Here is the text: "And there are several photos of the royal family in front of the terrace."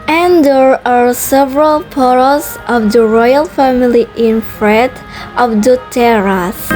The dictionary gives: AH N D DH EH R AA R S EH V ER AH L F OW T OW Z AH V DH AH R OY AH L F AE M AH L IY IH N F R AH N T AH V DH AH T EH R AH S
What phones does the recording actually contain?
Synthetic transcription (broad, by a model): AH N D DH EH R AA R S EH V ER AH L P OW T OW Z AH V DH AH R OY AH L F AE M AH L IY IH N F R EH T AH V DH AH T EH R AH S